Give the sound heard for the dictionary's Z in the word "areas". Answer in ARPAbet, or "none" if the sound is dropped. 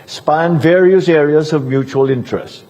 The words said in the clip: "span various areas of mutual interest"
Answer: Z